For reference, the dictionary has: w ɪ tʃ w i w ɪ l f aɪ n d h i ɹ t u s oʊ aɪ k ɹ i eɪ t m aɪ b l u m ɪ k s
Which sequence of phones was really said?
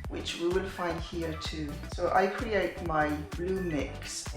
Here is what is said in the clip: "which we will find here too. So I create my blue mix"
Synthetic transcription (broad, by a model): w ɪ tʃ w i w ɪ l f aɪ n d h i ɹ t u s oʊ aɪ k ɹ i eɪ t m aɪ b l u m ɪ k s